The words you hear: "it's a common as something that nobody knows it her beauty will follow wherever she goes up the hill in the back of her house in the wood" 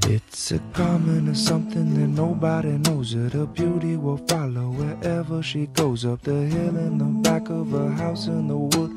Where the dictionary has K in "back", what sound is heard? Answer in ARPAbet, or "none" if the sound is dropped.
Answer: K